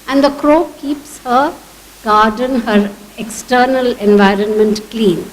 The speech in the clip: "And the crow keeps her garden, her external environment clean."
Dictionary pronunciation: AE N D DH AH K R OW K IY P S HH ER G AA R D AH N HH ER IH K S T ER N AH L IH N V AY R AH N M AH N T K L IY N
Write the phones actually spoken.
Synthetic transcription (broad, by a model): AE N D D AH K R OW K IY P S HH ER G AA R D AH N HH ER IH K S T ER N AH L IH N V AY R AH N M AH N T K L IY N